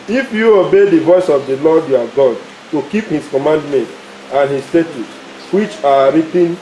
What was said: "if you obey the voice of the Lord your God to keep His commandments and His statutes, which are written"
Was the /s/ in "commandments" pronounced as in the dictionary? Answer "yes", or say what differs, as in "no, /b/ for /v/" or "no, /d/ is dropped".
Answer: no, /s/ is dropped